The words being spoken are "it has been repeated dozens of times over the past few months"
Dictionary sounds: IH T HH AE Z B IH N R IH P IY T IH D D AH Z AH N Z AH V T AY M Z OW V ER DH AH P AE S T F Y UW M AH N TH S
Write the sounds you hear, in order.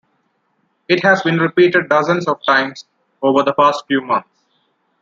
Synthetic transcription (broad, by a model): IH T HH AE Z B IH N R IH P IY T IH D D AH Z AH N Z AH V T AY M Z OW V ER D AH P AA S T F Y UW M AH N T S